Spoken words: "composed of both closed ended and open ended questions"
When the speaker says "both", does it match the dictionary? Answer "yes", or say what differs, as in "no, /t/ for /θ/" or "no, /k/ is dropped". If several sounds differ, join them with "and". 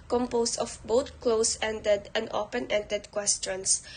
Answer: no, /t/ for /θ/